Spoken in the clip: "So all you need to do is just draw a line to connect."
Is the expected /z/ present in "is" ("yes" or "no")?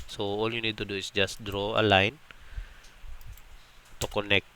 no